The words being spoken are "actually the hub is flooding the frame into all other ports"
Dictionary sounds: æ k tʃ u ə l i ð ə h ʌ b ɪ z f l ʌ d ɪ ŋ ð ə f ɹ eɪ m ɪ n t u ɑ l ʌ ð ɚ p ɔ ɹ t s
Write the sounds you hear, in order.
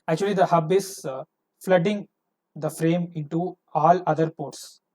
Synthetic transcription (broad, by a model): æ k tʃ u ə l i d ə h ʌ b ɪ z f l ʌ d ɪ ŋ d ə f ɹ eɪ m ɪ n t u ɑ l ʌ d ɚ p ɔ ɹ t s